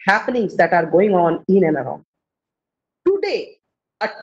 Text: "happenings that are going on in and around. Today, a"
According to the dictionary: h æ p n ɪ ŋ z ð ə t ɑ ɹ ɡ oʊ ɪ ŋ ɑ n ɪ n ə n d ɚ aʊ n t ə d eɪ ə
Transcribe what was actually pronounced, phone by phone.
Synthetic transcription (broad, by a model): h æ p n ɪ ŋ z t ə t ɑ ɹ ɡ oʊ ɪ ŋ ɑ n ɪ n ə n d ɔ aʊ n t ə d eɪ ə